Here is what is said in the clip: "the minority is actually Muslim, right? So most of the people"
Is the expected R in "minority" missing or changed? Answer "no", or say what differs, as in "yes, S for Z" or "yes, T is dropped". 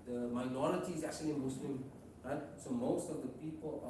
yes, L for R